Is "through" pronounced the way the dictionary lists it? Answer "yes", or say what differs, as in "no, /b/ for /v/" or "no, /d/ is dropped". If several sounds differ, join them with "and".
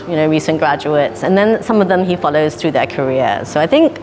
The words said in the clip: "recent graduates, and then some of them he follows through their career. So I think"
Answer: yes